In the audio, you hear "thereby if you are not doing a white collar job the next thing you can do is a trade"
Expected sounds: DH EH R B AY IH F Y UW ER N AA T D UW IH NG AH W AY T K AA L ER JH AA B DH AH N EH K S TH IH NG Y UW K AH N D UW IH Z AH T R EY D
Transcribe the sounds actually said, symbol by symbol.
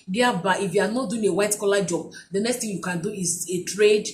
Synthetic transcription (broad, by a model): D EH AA B AY IH F Y UW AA N AA T D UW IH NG AH W AY T K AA L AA JH AA B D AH N EH K S T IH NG Y UW K AH N D UW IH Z AH T R EY D